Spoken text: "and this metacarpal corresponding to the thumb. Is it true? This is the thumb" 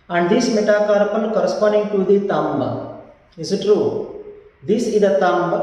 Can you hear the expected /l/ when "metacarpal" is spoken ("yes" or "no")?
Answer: no